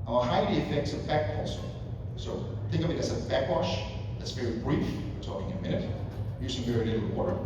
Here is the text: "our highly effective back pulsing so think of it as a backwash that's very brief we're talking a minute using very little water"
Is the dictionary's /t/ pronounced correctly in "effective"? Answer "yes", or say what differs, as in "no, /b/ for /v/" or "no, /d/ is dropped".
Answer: no, /s/ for /t/